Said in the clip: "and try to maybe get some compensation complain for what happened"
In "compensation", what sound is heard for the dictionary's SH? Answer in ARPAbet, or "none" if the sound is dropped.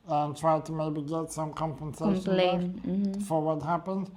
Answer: none